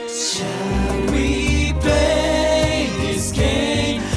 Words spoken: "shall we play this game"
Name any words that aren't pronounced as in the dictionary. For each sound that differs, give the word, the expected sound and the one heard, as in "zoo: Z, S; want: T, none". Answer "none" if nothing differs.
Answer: play: L, none